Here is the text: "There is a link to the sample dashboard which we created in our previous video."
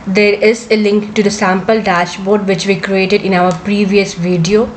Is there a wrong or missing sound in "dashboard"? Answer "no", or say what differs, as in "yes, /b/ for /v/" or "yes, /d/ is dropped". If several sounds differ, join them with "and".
no